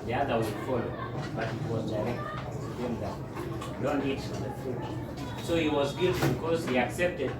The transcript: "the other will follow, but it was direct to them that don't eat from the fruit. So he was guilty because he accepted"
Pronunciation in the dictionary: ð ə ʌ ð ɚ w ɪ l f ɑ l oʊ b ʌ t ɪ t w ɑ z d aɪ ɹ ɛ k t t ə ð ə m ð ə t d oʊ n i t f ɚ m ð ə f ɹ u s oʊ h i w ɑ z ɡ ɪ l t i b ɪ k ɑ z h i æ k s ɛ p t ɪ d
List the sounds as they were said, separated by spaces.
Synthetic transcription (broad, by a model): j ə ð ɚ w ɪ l f ɑ l oʊ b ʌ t ɪ t w ɑ z d aɪ ɹ ɛ k t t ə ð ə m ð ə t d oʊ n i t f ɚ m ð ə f u s oʊ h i w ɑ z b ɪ t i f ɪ k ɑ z h i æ k s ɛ p t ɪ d